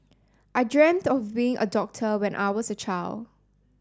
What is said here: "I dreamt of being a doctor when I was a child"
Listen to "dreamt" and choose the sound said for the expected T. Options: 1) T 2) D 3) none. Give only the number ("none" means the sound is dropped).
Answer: 1